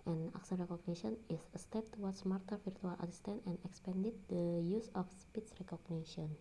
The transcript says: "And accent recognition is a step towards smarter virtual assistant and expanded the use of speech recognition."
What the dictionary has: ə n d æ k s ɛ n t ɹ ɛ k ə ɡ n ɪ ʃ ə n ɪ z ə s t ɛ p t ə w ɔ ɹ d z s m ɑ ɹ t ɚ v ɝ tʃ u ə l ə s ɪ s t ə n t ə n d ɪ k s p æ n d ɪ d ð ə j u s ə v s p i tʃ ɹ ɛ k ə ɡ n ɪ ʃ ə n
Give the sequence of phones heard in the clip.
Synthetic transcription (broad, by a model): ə n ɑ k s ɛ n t ɹ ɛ k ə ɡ n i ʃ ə n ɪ s ə s t ɛ p t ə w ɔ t s m ɑ ɹ t ɚ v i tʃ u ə l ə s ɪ s t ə n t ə n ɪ k s p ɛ n d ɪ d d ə j u s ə f s p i s ɹ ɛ k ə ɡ n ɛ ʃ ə n